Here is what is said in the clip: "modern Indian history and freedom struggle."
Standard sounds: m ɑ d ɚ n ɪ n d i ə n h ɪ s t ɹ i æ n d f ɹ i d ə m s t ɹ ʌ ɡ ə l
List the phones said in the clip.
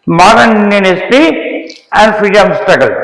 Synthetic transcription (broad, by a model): m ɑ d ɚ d n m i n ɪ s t i æ n d f ɹ i d ə m s t ɹ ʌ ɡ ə l